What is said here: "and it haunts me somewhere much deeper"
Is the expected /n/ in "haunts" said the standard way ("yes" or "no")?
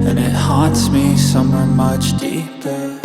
no